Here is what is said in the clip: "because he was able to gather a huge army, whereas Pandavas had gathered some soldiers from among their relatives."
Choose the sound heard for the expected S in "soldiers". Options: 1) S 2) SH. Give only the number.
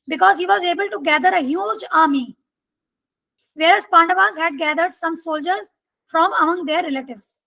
1